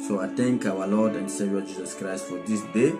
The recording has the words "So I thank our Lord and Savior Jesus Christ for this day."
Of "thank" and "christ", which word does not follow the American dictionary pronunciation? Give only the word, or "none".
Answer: thank